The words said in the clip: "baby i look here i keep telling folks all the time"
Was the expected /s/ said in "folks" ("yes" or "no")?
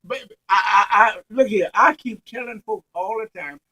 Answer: no